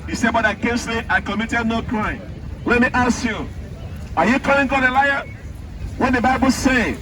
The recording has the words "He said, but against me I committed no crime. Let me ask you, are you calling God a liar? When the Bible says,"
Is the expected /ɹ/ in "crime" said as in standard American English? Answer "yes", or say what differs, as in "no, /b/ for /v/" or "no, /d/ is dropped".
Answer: yes